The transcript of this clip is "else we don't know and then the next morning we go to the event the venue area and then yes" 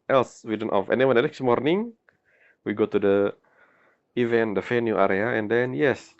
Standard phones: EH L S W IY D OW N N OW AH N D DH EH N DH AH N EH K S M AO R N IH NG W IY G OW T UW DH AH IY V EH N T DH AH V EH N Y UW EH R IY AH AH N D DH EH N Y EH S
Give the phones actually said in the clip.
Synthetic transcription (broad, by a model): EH L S W IY D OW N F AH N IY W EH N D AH N EH K S M AO R N IH NG W IY G OW T UW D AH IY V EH N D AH F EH N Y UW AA R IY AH AH N D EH N Y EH S